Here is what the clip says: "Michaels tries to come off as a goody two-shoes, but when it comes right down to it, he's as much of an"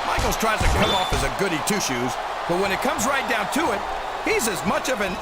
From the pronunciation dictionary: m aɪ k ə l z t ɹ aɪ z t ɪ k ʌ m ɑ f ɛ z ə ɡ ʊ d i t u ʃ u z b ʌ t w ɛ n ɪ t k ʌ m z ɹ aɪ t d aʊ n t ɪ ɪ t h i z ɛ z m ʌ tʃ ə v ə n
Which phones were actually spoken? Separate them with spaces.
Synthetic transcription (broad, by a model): m aɪ k l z t ɹ aɪ z t ɪ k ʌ ɑ f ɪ z ə ɡ ʊ d i t u ʃ u z b ʌ t w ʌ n ɪ t k ʌ m z ɹ aɪ t d aʊ n t ɪ ɪ t h i z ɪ z m ʌ tʃ ə v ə n